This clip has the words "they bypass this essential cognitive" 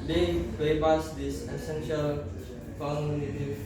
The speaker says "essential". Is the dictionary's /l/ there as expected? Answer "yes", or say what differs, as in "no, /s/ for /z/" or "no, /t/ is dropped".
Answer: yes